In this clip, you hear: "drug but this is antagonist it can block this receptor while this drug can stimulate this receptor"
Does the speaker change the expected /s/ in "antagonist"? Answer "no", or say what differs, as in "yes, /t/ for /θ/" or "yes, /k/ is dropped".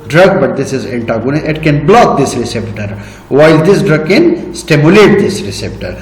yes, /s/ is dropped